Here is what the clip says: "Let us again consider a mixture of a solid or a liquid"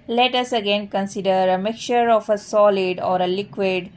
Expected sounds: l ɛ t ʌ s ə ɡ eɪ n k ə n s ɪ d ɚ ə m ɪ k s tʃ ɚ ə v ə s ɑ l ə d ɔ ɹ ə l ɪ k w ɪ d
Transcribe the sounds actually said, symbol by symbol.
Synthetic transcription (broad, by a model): l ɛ t ʌ s ə ɡ eɪ n k ə n s ɪ d ɚ ə m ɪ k tʃ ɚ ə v ə s ɑ l ə d ɔ ɹ ə l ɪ k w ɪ d